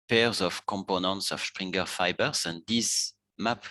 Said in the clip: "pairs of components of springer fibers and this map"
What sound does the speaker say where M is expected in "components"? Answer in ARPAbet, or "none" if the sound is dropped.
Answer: M